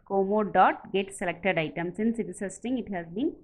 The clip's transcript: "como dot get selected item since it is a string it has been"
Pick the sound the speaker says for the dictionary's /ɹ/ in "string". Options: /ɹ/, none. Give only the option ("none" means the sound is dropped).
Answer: none